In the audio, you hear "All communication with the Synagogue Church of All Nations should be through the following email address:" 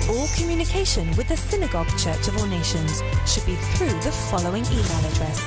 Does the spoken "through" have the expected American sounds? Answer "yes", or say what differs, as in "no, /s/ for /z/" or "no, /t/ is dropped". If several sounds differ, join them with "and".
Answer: yes